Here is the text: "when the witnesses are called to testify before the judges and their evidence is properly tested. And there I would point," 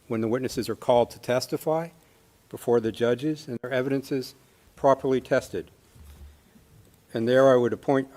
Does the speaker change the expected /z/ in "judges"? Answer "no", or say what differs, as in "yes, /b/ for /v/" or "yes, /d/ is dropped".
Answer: no